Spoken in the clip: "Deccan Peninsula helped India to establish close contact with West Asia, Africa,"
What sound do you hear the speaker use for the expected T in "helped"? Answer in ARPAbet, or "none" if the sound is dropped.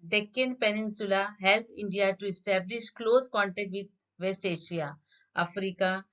none